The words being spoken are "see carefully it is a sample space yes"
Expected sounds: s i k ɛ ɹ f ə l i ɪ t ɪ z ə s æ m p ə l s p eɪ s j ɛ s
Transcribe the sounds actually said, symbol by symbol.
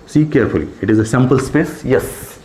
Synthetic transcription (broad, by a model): s i k ɛ ɹ f ə l i ɪ t ɪ z ə s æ m p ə l s p eɪ s j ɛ s